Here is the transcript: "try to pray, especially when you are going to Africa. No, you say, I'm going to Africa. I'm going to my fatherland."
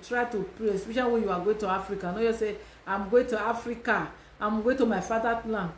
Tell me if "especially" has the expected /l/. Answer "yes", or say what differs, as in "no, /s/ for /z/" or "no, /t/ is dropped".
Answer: no, /l/ is dropped